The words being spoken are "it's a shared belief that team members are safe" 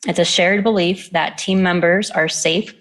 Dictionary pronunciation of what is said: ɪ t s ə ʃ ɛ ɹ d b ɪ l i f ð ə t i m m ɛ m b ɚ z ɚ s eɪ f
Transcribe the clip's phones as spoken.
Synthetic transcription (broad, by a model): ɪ t s ə ʃ ɛ ɹ d b ɪ l i f ð ə t i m m ɛ m b ɚ z ɚ s eɪ f